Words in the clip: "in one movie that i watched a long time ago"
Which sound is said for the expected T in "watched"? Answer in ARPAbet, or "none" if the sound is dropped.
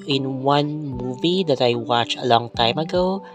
none